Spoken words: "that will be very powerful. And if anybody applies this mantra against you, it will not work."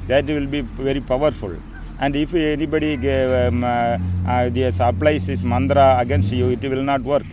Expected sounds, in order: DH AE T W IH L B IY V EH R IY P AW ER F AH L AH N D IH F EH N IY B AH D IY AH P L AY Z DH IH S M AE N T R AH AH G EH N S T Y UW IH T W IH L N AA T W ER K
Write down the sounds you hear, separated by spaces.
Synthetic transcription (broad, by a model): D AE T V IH L B IY V EH R IY P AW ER F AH L AH N D IH F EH N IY B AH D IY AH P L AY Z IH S M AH N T R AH AH G EH N S T Y UW IH T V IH L N AA T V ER K